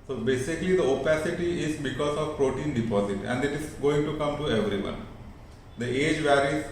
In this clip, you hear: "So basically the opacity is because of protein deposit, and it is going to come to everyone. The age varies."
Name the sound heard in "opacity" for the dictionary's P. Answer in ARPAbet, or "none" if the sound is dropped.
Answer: P